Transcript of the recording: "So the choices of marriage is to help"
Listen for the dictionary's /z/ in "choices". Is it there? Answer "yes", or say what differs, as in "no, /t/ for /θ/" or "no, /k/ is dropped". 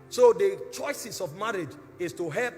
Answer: no, /s/ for /z/